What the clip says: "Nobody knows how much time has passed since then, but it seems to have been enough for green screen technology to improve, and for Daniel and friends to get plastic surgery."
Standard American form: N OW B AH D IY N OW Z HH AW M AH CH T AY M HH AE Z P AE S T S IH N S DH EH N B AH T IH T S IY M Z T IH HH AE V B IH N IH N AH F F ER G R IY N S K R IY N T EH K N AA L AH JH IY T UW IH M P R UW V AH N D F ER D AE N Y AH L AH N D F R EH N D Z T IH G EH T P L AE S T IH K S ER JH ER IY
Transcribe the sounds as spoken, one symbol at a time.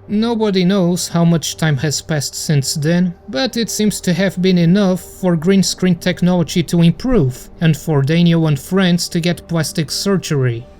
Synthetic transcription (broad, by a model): N OW B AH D IY N OW Z HH AW M AH CH T AY M HH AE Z P AE S T S IH N S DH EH N B AH T IH T S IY M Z T IH HH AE V B IH N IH N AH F F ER G R IY N S K R IY N T EH K N AA L AH JH IY T UW IH M P R UW V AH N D F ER D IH N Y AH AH N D F R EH N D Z T IH G EH T P L AE S T IH K S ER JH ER IY